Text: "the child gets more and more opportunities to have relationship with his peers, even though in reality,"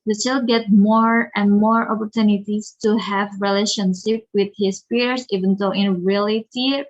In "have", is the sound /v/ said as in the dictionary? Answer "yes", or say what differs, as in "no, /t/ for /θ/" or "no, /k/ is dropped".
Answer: yes